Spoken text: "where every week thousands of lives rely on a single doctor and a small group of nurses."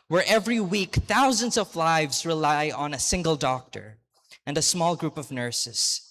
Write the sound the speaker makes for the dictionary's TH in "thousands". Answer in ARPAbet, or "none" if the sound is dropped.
TH